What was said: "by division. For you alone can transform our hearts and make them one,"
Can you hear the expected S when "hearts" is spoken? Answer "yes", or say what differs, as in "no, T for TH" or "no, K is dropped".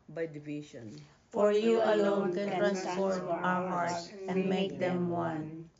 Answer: no, S is dropped